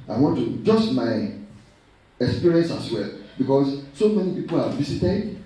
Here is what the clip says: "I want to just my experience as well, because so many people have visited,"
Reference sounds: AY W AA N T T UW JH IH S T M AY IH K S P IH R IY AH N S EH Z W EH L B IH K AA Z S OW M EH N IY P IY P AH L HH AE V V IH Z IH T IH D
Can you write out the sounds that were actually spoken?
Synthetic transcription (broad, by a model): AY W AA N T T UW JH IH S T M AY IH K S P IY R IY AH N S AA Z W EH L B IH K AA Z S OW M EH N IY P IY P AH L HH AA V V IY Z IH T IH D